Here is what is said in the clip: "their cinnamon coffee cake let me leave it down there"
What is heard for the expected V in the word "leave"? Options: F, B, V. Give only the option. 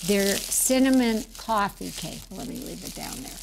V